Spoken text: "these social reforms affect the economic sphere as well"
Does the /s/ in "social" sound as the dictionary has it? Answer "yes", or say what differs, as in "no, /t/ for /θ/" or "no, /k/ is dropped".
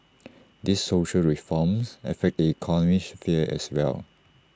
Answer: yes